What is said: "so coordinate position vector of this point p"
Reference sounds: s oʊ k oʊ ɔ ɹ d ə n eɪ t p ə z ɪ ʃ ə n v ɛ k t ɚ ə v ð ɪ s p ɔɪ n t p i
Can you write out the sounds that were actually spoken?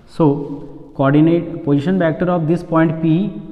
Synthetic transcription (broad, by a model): s oʊ k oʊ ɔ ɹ d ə n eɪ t p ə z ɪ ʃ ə n p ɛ k t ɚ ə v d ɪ s p ɔɪ n t p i